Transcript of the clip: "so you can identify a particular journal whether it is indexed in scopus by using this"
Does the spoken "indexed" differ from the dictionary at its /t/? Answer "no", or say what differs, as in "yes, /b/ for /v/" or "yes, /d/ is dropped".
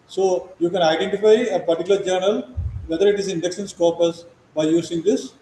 yes, /t/ is dropped